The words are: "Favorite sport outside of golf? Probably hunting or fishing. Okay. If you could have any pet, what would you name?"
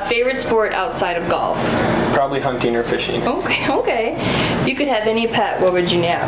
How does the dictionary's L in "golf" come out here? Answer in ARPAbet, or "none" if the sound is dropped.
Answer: L